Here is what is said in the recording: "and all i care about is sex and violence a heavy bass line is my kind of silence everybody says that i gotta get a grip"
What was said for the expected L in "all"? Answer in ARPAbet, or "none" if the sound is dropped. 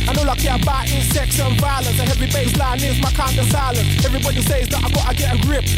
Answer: L